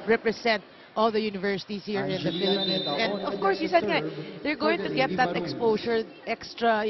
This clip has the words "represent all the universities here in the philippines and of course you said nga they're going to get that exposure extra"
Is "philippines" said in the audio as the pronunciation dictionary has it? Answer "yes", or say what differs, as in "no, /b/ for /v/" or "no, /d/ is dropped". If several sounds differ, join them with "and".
no, /s/ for /z/